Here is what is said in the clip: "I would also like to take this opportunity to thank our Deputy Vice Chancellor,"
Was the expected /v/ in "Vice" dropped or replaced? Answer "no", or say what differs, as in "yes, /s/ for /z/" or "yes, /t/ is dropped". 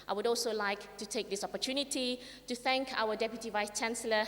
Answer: no